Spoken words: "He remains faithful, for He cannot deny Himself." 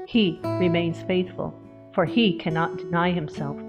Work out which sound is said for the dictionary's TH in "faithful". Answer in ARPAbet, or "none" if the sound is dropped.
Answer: TH